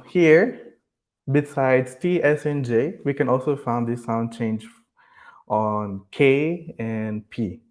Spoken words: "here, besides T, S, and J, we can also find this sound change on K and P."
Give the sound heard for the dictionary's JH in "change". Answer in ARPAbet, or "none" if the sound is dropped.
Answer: JH